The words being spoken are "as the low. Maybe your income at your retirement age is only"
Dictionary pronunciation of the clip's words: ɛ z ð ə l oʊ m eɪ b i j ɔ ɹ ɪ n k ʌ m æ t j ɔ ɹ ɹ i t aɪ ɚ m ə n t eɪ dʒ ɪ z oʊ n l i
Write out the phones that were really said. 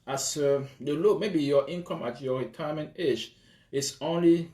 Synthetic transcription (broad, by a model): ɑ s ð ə l oʊ m eɪ b i j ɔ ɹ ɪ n k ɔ m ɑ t j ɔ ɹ ɹ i t aɪ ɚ m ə n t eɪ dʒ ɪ s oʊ n l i